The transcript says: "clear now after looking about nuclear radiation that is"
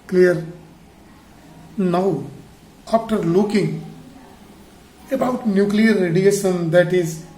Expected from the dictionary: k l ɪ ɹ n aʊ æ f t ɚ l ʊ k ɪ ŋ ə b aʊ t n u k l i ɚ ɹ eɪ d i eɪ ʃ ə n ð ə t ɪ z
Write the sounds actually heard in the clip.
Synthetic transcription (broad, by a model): k l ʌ ɹ n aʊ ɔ p t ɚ l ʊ k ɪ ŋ ə b aʊ t n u k l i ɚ ɹ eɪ d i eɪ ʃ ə n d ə t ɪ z